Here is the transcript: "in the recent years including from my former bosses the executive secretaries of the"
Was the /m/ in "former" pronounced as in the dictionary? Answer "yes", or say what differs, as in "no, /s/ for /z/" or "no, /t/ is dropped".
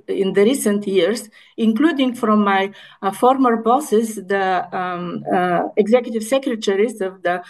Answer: yes